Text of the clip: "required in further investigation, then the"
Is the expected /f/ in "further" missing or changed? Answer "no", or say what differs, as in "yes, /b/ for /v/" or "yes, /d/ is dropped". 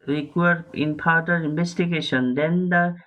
yes, /p/ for /f/